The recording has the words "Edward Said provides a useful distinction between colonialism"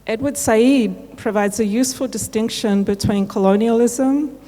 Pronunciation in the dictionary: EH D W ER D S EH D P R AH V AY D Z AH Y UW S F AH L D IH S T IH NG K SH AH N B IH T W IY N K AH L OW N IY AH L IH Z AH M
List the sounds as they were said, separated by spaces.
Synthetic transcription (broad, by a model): EH D W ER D S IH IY P R AH V AY D Z AH Y UW S F AH L D IH S T IH NG K SH AH N B IH T W IY N K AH L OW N IY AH L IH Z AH M